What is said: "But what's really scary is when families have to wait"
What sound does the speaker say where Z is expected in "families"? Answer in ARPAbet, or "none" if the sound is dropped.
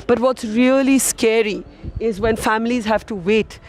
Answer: Z